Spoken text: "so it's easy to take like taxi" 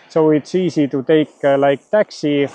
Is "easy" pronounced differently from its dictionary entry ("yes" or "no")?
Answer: yes